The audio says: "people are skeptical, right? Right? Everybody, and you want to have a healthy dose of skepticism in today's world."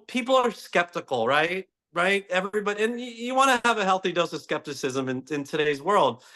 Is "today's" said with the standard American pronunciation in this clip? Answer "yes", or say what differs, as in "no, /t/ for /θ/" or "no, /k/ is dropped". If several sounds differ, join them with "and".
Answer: yes